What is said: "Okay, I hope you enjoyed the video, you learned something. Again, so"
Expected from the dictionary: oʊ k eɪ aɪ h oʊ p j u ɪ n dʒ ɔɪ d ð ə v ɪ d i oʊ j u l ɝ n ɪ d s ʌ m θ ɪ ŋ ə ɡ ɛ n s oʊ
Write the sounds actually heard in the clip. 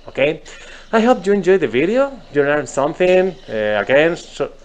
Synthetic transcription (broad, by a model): oʊ k eɪ aɪ h oʊ p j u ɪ n dʒ ɔɪ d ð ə v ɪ d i oʊ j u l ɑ ɪ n s ʌ m θ ɪ ŋ ə ɡ ɛ n s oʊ